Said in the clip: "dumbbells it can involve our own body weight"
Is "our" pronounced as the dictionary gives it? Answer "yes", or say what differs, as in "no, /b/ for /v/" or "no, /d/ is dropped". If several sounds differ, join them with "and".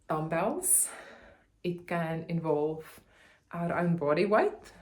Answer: yes